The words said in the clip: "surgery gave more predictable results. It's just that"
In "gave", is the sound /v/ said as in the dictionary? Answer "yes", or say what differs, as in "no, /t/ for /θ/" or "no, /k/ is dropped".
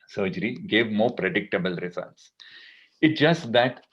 yes